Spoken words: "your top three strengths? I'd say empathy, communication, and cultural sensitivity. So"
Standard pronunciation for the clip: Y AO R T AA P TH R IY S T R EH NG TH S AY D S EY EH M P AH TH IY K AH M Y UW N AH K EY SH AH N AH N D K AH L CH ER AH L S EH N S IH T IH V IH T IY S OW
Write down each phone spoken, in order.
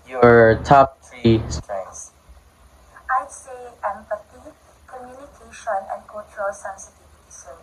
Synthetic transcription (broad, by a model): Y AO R T AA P T R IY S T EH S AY S EY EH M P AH T IY K AH M Y UW N AH K EY SH AH N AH N K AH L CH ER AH L S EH N S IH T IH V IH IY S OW